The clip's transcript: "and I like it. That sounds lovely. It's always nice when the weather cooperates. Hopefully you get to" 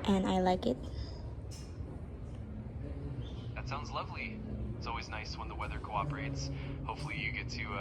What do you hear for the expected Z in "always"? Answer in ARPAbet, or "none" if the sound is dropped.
Z